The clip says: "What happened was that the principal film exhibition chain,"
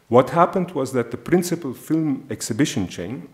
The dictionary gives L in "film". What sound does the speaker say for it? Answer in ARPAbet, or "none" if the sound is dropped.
L